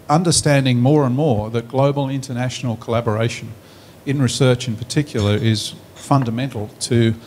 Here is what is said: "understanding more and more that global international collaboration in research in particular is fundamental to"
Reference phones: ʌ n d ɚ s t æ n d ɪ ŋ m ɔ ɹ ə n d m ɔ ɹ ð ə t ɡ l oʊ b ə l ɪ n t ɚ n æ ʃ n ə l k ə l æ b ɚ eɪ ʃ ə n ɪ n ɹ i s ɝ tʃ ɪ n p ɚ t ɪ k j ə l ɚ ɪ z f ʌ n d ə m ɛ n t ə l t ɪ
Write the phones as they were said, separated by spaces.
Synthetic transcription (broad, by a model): ʌ n d ɚ s t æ n d ɪ ŋ m ɔ ɹ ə n m ɔ ɹ ð ə t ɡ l oʊ b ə l ɪ n t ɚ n æ ʃ n l k ə l æ b ɚ eɪ ʃ ə n ɪ n ɹ i s ɝ tʃ ɪ n p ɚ t ɪ k j l ɚ ɪ z f ʌ n d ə m ɛ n t l t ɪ